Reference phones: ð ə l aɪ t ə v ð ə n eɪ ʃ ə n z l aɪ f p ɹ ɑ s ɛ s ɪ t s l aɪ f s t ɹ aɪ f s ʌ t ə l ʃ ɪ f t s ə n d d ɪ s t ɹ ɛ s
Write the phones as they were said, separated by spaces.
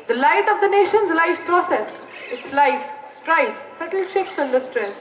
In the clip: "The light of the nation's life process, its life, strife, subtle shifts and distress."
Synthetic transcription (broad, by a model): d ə l aɪ t ə v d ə n eɪ ʃ ə n z l aɪ f p ɹ ɑ s ɛ s ɪ t s l aɪ f s t ɹ aɪ f s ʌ t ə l ʃ ɪ f t s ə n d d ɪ s t ɹ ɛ s